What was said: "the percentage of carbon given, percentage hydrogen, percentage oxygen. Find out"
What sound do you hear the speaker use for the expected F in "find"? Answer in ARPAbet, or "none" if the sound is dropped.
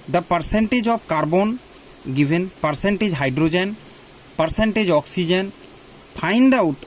P